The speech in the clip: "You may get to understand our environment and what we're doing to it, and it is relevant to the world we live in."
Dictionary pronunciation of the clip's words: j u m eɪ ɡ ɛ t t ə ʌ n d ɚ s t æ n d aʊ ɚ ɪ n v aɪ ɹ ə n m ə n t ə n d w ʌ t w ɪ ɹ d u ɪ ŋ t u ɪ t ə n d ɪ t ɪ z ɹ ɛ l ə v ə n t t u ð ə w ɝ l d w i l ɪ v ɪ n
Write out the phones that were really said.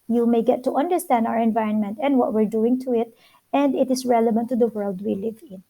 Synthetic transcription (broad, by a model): j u m eɪ ɡ ɛ t t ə ʌ n d ɚ s t æ n d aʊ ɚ ɪ n v aɪ ɹ ə n m ə n t ə n d w ʌ t w ɪ ɹ d u ɪ ŋ t u ɪ t ə n d ɪ t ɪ s ɹ ɛ l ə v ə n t t u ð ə w ɝ l d w i l ɪ v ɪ n